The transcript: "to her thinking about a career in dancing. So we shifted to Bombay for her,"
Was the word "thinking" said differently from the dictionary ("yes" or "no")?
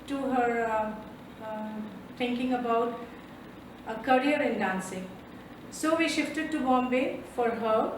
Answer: yes